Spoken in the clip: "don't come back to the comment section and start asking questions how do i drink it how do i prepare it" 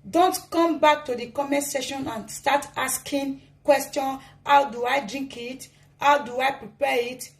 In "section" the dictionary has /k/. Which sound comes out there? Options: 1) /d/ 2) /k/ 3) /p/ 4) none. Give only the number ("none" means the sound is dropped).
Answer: 4